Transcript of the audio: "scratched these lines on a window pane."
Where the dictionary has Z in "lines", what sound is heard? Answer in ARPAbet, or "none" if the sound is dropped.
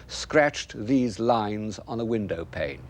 Z